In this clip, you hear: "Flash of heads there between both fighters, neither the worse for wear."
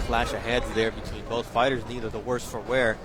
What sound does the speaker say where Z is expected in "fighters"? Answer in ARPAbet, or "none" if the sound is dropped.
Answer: Z